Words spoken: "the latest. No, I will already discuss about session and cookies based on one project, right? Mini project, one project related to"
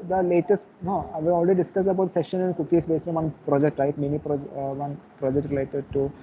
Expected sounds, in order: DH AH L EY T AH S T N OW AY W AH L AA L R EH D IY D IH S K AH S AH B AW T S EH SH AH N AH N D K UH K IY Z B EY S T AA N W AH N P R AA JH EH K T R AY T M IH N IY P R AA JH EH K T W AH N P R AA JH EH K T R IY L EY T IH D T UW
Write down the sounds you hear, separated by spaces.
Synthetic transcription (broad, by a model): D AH L EY T AH S T N OW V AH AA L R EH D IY D IH S K AH S AH B AW T S EH SH AH N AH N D K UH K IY S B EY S AA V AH N P R AA JH EH K T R AY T M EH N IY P R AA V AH N P R AA JH EH K T R IY L EY T IH D T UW